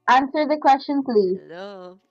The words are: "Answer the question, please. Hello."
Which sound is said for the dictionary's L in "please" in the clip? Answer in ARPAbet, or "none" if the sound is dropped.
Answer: L